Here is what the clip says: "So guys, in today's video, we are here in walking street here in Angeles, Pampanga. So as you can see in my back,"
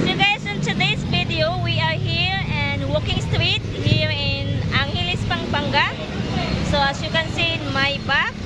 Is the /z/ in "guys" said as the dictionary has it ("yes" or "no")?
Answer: no